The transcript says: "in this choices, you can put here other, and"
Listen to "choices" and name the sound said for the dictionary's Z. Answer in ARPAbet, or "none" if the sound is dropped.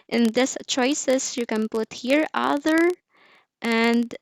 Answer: S